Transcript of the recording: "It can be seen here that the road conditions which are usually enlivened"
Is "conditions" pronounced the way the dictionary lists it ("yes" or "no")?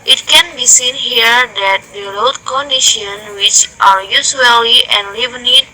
no